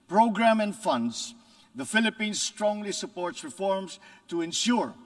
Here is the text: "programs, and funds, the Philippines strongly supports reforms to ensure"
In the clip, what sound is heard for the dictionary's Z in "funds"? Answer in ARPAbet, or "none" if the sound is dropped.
S